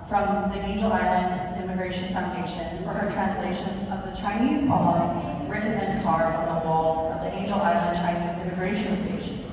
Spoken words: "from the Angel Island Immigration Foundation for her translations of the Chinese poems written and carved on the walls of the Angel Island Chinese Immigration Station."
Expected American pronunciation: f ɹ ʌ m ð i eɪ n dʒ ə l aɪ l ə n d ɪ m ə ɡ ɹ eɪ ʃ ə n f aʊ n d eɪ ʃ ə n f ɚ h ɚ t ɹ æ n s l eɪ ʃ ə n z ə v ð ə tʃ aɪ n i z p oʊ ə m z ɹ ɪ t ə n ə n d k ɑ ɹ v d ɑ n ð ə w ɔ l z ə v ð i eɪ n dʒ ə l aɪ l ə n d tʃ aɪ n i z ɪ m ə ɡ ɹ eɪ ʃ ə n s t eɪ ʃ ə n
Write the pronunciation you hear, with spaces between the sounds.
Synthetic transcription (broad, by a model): f ɹ ʌ m ð i eɪ n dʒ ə l aɪ l ə n d ɪ m ə ɡ ɹ eɪ ʃ ə n f aʊ n d eɪ ʃ ə n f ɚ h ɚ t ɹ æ n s l eɪ ʃ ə n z ə v ð ə tʃ aɪ n i z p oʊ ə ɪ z ɹ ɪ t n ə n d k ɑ ɹ d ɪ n ð ə w ɔ l z ə v ð i eɪ n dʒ l aɪ l ə n d tʃ aɪ n i z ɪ m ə ɡ ɹ eɪ ə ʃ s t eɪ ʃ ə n